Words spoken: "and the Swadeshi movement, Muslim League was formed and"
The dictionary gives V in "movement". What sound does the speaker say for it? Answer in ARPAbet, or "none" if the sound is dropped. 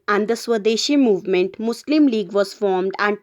V